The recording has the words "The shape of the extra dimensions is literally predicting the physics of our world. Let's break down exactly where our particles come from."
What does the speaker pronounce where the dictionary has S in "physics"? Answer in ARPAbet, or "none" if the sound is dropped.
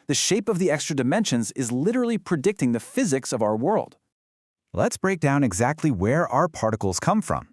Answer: S